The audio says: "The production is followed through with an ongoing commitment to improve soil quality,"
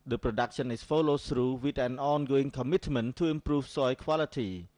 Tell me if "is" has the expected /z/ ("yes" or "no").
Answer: no